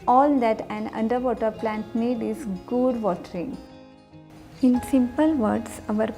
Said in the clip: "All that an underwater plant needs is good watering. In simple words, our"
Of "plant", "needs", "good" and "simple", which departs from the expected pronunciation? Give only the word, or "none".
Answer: needs